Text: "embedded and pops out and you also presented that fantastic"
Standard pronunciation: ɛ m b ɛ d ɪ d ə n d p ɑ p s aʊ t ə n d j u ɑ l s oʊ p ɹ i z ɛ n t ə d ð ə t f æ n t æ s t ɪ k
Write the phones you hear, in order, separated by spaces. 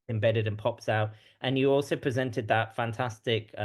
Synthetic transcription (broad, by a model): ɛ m b ɛ d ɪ d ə n p ɑ p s aʊ t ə n j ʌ ɑ l s oʊ p ɹ i z ɛ n t ə d ð ə t f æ n t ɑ s t ɪ k